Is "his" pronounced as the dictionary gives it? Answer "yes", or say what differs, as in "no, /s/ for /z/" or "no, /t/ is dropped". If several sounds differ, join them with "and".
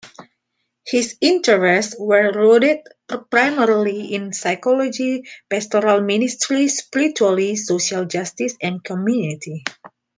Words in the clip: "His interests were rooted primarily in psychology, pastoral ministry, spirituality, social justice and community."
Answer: no, /s/ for /z/